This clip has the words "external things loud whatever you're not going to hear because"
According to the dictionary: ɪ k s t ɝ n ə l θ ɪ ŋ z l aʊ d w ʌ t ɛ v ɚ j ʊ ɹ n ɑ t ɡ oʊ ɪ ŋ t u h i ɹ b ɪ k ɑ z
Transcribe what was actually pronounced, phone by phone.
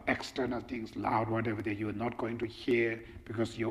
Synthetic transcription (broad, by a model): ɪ k s t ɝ n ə l t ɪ ŋ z l aʊ d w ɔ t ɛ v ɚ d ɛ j n ɑ t ɡ oʊ ɪ ŋ t u h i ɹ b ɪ k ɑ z